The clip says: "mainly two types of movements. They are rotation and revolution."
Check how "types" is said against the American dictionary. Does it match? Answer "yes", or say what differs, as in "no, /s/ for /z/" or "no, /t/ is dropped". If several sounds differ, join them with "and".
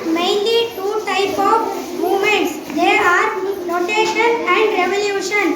no, /s/ is dropped